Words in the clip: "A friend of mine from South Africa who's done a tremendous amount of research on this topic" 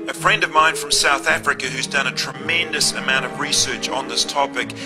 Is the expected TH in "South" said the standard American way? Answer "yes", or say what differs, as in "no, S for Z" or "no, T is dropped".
yes